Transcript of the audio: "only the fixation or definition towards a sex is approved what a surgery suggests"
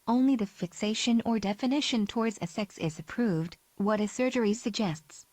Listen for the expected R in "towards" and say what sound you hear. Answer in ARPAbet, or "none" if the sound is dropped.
R